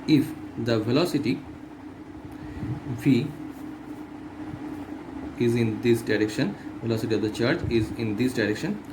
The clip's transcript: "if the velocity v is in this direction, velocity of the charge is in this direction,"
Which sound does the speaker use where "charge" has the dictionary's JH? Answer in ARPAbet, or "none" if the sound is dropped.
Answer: CH